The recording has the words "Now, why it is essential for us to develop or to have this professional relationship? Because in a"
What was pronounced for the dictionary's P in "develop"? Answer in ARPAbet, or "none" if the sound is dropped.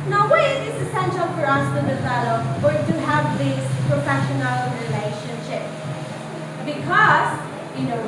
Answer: F